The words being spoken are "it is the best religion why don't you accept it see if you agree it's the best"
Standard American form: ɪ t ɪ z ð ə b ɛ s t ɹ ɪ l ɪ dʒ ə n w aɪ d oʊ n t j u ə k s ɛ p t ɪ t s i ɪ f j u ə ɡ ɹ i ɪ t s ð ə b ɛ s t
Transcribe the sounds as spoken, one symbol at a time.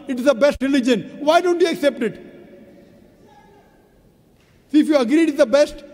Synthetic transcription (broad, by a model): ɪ t ɪ z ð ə b ɛ s t ɹ ɪ l ɪ dʒ ə n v aɪ d oʊ n t j u ə k s ɛ p t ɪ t s i ɪ f j u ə ɡ ɹ i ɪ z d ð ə b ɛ s t